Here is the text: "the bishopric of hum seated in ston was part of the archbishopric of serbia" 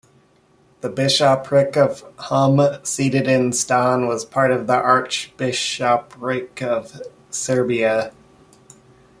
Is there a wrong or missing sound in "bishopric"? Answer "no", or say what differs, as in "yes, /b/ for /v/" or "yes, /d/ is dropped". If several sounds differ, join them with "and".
no